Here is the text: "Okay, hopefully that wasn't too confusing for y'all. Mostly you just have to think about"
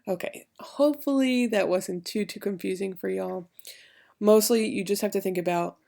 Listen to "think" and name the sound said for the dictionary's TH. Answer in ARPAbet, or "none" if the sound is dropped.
TH